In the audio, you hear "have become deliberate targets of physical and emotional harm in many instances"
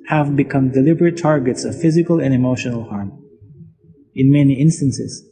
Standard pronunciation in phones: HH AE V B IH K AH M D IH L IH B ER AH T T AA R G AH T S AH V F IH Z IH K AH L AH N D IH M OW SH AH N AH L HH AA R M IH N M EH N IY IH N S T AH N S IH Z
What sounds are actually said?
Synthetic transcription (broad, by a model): HH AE V B IH K AH M D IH L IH B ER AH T T AA R G AH T S AH V F IH Z IH K AH L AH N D IH M OW SH AH N AH L HH AA R M IH N M EH N IY IH N S T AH N S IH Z